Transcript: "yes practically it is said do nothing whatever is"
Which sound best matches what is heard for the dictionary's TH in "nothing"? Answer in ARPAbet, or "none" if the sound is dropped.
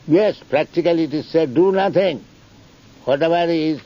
T